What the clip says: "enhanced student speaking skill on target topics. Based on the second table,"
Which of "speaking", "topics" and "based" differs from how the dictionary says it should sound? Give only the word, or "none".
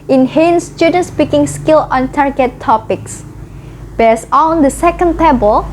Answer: based